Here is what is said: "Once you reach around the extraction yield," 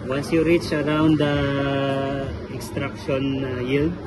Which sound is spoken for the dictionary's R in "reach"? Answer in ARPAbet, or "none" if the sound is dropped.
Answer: R